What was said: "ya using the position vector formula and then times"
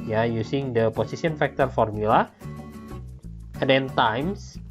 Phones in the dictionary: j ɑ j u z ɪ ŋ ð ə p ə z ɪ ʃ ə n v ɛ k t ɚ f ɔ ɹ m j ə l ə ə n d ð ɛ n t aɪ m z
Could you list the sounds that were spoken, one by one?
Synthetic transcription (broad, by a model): j ɑ j u s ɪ ŋ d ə p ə s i s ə n f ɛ k t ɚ f ɔ ɹ m j ə l ə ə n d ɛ n t aɪ m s